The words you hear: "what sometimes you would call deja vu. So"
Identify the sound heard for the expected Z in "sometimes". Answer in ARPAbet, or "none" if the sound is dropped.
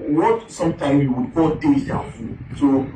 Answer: none